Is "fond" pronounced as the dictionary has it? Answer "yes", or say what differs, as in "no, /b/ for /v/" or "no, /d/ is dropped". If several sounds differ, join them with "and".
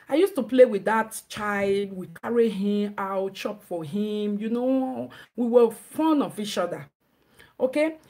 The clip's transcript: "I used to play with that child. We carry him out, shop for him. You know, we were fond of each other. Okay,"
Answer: no, /d/ is dropped